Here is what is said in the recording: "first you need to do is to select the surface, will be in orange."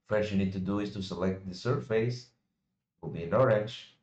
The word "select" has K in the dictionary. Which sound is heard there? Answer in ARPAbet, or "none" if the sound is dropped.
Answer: K